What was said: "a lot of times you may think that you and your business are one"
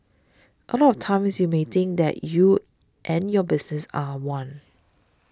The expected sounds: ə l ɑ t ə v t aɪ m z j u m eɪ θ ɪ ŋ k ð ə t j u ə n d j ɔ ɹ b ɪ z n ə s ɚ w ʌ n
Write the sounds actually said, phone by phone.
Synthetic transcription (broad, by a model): ə l ɑ t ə f t aɪ m s j u m eɪ t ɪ ŋ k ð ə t j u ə n j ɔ b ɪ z n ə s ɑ w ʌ n